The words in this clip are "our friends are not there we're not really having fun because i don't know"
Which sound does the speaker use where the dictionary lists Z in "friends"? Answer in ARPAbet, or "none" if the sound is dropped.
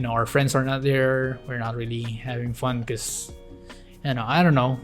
S